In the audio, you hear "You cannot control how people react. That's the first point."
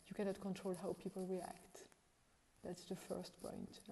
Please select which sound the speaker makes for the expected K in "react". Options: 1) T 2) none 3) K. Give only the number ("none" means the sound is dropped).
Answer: 3